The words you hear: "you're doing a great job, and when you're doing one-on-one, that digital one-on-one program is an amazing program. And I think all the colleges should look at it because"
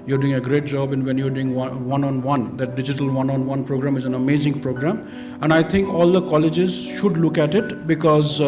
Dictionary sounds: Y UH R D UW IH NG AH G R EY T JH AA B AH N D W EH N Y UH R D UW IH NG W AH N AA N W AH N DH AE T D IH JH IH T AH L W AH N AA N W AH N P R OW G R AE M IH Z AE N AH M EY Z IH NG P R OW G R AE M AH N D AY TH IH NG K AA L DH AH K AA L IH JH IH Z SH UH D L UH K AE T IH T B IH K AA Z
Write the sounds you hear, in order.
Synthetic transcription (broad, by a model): Y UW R D UW IH NG AH G R EY T JH AA B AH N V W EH N Y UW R D UW IH NG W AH N AA N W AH N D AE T D IH JH IH T AH L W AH N AA N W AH N P R OW G R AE M IH Z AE N AH M EY Z IH NG P R OW G R AE M AH N D AY T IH NG K AA L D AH K AA L IH JH IH Z SH UH D L UH K AE T IH T B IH K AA Z